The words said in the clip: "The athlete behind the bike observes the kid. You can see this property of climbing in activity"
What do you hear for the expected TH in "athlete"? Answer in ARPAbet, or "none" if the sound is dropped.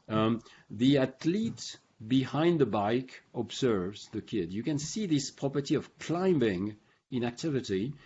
T